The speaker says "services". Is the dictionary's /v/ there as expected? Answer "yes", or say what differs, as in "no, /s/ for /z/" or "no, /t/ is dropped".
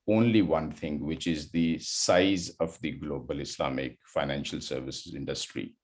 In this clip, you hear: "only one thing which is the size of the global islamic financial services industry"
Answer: yes